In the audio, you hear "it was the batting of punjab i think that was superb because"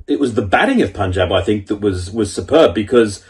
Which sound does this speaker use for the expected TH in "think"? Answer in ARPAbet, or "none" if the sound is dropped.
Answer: TH